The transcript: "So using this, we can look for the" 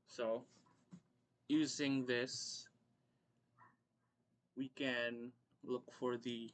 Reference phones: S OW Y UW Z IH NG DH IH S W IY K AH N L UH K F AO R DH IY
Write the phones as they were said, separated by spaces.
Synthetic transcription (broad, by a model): S OW Y UW Z IH NG DH IH S W IY K AH N L UH K F AO R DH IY